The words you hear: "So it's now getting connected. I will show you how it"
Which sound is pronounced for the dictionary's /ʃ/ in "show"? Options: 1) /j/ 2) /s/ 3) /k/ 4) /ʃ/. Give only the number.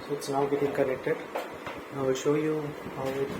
4